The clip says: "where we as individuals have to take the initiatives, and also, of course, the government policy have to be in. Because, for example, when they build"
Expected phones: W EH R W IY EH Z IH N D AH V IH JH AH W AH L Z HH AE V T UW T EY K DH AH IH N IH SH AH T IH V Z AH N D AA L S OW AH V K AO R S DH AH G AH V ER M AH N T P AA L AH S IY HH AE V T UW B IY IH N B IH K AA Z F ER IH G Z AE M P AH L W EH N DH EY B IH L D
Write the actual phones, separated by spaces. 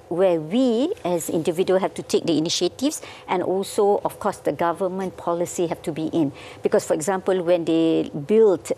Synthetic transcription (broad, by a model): W EH W IY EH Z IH N D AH V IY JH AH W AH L HH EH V T UW T EY K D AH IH N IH SH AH T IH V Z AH N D AA L S OW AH F K AO S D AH G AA V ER M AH N P AA L AH S IY HH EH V T UW B IY IH N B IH K AA S F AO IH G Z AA M P AH L W EH N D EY B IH L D